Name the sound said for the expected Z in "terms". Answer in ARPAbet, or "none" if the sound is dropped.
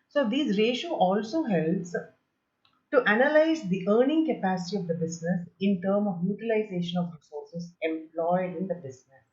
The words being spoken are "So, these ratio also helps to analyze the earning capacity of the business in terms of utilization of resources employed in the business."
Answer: none